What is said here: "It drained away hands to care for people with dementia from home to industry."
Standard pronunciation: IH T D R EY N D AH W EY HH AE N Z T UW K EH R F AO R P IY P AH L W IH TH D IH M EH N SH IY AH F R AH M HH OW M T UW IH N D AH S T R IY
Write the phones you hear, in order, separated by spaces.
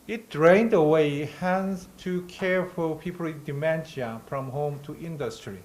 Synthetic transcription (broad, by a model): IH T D R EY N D AH W EY HH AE N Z T UW K EH R F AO L P IY P AH L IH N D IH M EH N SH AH F R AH M HH OW M T UW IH N D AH S T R IY